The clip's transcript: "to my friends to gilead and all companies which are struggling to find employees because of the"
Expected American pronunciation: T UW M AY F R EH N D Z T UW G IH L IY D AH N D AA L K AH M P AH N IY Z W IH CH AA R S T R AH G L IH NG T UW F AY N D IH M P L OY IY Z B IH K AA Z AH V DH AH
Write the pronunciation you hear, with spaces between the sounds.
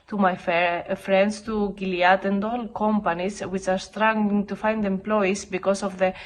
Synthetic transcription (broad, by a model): T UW M AY F R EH N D S T UW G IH L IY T AH N D AA L K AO M P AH N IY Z W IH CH AA R S T R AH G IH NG T UW F AY N D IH M P L OY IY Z B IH K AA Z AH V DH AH